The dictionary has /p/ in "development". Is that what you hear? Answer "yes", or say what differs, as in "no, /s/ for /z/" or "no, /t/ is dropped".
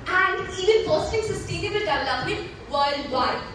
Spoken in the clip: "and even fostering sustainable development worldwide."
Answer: no, /p/ is dropped